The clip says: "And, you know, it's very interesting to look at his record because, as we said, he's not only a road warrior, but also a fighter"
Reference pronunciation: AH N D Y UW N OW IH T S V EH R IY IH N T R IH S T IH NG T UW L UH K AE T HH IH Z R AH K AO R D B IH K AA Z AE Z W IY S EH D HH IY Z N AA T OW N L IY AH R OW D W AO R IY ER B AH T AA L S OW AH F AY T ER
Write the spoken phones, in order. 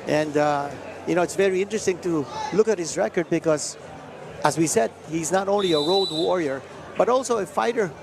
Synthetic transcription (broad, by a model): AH N D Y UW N OW IH T S V EH R IY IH N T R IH S T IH NG T UW L UH K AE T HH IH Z R AH K AO R D B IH K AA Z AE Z W IY S EH D HH IY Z N AA T OW N L IY AH R OW D W AO R IY ER B AH T AA L S OW AH F AY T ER